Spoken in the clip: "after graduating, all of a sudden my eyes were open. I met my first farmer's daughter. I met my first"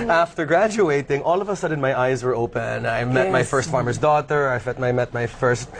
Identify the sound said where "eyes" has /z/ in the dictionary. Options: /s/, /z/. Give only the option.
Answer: /z/